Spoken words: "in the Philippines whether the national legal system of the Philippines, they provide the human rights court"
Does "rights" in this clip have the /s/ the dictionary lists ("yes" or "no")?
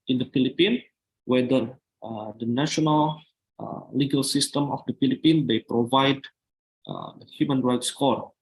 yes